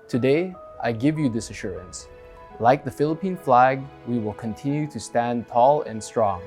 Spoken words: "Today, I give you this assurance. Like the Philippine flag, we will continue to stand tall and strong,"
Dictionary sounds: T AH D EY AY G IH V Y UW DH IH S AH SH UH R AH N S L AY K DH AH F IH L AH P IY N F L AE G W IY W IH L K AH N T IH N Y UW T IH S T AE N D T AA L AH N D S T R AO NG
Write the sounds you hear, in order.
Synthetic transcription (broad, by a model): T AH D EY AY G IH V Y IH DH IH S AH SH UH R AH N S L AY K DH AH F IH L AH P IY N F L AE G W IY W IH L K AH N T IH N Y UW T IH S T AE N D T AA L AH N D S T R AO NG